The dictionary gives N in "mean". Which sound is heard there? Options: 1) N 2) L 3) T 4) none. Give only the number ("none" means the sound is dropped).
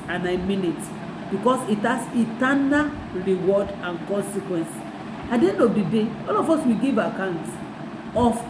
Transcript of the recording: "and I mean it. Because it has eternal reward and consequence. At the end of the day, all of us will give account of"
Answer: 1